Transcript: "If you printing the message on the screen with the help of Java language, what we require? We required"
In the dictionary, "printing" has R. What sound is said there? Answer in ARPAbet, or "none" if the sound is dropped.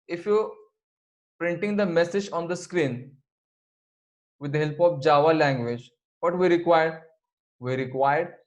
R